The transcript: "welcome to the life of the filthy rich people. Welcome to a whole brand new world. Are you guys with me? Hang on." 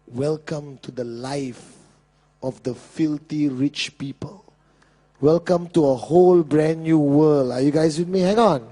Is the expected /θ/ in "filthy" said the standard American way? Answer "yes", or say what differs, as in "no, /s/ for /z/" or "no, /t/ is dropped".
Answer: no, /t/ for /θ/